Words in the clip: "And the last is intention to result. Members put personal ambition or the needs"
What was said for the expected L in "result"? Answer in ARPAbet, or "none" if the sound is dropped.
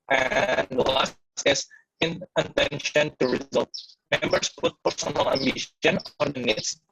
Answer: L